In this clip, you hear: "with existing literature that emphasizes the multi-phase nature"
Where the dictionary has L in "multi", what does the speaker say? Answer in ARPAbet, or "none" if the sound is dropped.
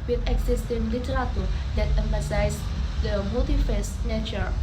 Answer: none